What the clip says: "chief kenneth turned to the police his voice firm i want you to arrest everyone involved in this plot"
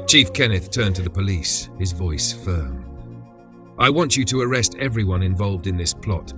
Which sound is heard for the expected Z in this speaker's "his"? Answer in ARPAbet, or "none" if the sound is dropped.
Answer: Z